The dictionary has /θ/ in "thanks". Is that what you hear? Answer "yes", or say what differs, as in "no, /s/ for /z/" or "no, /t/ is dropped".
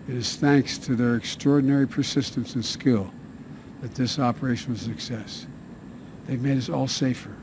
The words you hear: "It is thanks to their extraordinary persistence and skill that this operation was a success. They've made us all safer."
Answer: yes